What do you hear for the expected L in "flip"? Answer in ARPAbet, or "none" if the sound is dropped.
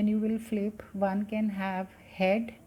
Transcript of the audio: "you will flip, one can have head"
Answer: L